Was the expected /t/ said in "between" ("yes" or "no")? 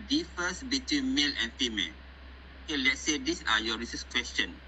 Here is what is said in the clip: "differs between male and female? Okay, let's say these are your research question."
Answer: yes